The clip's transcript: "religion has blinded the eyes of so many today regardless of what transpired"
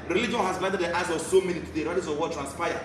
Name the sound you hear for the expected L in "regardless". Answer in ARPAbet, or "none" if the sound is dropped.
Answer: none